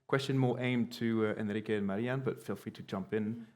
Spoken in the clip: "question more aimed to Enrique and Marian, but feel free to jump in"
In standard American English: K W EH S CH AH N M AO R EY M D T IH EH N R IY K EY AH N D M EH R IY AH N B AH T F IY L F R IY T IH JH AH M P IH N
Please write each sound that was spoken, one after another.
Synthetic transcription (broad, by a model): K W EH S CH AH N M AO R EY M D T IH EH N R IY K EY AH N M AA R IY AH N B AH T F IY L F R IY T IH JH AH M P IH N